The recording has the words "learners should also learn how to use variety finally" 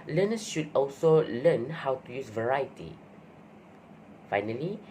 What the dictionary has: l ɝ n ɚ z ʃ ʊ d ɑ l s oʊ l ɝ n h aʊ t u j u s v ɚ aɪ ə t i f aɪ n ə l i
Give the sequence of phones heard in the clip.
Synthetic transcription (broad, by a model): l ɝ n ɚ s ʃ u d ɑ l s oʊ l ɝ n h aʊ t u j u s v ɚ aɪ ə t i f aɪ n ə l i